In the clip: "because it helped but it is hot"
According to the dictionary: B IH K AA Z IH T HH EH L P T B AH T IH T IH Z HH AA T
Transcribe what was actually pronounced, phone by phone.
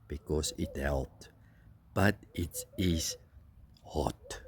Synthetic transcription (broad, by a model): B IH K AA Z IH T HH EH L T B AH T IH T IH Z HH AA T